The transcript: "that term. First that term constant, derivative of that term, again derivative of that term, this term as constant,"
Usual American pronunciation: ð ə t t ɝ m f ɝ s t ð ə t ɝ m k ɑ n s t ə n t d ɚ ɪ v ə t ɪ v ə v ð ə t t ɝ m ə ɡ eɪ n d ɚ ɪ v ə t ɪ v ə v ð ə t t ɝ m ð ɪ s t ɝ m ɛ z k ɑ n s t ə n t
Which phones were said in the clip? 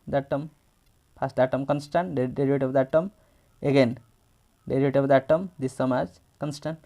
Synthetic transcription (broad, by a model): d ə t t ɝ m p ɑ s t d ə t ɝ m k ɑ n s t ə n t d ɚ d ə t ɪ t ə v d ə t t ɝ m ə ɡ eɪ n d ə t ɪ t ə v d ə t t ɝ m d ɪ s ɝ m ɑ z k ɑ n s t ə n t